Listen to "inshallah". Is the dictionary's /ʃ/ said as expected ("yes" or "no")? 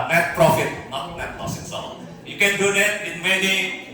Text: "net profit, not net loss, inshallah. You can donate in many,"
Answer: no